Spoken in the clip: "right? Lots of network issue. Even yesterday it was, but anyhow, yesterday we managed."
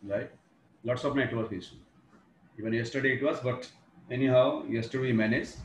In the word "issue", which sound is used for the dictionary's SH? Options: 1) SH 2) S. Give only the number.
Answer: 2